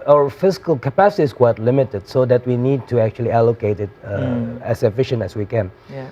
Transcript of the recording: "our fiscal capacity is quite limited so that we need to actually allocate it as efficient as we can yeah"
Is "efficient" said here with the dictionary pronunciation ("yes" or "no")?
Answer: yes